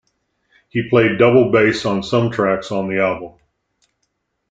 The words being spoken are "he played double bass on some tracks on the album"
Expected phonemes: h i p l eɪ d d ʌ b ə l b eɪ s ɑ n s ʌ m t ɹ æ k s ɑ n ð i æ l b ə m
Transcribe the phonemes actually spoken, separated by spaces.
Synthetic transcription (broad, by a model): h i p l eɪ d d ʌ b l b eɪ s n s ʌ m t ɹ æ k s n ð i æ b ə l